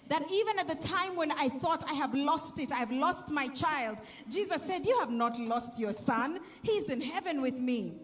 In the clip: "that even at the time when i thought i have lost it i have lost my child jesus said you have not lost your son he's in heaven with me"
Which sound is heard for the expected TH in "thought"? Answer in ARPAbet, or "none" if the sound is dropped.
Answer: TH